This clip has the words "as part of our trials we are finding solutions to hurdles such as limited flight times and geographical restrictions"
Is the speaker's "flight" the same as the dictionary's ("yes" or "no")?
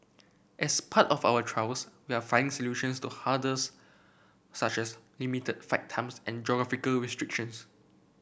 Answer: no